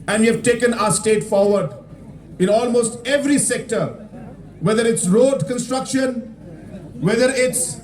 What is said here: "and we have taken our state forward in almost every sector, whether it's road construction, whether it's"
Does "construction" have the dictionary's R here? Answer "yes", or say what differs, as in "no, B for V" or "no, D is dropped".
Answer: yes